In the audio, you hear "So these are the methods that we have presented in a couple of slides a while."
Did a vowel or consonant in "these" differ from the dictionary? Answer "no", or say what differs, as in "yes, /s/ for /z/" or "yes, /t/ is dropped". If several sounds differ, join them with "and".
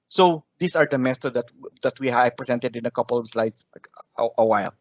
yes, /s/ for /z/